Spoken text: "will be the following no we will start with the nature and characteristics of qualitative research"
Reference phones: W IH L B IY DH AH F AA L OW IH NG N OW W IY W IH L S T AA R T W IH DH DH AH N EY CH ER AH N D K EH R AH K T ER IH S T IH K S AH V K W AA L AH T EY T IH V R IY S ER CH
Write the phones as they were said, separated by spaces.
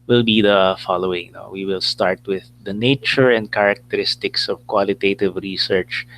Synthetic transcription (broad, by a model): W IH L B IY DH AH F AA L OW IH NG N OW W IY W IH L S T AA R T W IH DH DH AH N EY CH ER AH N D K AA R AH K T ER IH S T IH K S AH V K W AA L AH T EY T IH V R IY S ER CH